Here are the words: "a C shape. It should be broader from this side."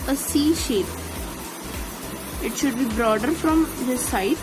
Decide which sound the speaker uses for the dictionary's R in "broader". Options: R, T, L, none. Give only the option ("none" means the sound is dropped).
R